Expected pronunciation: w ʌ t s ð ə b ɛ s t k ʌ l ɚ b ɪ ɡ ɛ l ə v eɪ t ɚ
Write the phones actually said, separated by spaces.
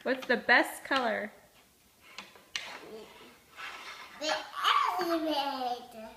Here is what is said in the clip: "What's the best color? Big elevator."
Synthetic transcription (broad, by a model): w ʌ t s ð ə b ɛ s t k ʌ l ɚ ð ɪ ɛ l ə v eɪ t